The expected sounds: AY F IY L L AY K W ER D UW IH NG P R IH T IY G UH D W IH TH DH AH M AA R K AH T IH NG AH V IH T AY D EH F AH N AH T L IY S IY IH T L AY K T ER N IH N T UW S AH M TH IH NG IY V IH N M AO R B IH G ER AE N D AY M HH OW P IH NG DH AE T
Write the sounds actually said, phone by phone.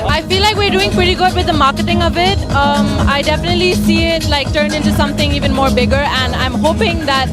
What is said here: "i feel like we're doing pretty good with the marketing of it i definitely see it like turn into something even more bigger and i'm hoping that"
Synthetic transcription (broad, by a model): AY F IY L L AY K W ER D UW IH NG P R IH T IY G UH D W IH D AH M AA R K AH T IH NG AH V IH T AY D EH F AH N AH T L IY S IY IH T L AY K T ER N IH N T UW S AH M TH IH NG IY V IH N M AO R B IH G ER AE N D AY M HH OW P IH NG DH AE T